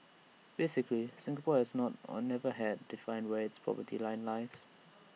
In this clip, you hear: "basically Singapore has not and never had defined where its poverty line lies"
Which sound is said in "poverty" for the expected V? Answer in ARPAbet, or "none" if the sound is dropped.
P